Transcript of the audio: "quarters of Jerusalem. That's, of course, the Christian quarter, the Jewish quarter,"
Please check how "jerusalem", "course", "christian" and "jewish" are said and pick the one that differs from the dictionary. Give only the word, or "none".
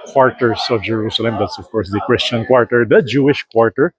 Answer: none